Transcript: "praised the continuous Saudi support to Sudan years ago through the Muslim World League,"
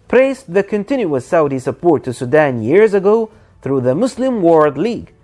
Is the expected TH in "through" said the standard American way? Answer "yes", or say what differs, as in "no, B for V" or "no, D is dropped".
yes